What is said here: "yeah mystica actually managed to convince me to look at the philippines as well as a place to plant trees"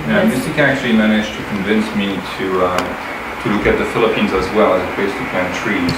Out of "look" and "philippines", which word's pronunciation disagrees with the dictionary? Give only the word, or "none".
none